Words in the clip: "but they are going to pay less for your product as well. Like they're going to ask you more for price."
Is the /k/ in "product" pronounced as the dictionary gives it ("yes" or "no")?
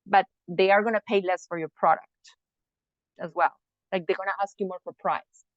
yes